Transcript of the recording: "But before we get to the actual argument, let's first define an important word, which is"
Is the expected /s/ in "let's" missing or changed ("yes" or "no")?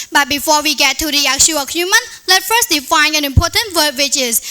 yes